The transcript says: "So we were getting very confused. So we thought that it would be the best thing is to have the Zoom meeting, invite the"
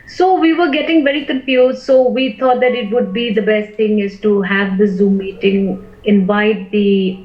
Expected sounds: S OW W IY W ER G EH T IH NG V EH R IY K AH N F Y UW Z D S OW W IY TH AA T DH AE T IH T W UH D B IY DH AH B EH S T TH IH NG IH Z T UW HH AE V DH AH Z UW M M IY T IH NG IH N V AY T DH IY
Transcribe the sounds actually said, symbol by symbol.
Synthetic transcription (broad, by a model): S OW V IY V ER G EH T IH NG V EH R IY K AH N F Y UW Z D S OW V IY T AA T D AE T IH T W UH D B IY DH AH B EH S T T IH NG IH Z T UW HH AE V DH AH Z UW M M IY T IH NG IH N V AY T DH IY